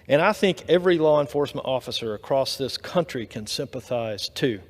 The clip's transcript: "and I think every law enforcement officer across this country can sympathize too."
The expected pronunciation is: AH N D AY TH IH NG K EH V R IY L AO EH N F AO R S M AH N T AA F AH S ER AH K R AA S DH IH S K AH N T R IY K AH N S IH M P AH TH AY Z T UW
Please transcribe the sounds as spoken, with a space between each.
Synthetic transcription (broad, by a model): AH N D AY TH IH NG K EH V R IY L AO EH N F AO R S M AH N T AA F AH S ER AH K R AA S DH IH S K AH N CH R IY K AH N S IH M P AH TH AY Z T UW